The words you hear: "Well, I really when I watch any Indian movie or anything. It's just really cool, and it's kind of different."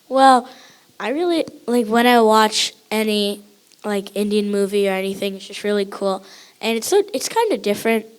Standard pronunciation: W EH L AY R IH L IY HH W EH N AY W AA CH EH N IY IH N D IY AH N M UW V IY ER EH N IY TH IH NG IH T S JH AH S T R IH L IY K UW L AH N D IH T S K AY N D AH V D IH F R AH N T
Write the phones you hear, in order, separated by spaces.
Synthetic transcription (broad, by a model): W EH L AY R IH L IY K W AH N AY W AA CH EH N IY IH N D IY AH N M UW V IY ER EH N IY TH IH NG IH T S JH AH S T R IH L IY K UW L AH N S IH T S K AY N D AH D IH F R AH N T